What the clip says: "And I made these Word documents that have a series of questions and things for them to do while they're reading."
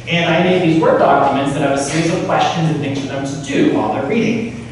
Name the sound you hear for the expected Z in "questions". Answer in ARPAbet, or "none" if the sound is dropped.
Z